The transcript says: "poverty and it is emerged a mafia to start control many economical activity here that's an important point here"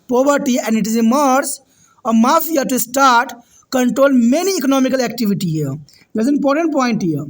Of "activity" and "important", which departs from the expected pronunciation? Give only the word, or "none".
none